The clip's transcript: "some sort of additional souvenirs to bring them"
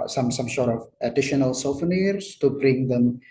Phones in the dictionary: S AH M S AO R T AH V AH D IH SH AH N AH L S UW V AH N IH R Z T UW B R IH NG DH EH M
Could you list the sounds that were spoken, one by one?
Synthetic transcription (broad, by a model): S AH M S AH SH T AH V AH D IH SH AH N AH L S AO F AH N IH R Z T UW B R IH NG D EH M